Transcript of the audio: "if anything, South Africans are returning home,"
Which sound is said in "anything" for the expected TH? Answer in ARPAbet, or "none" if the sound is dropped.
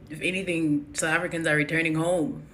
TH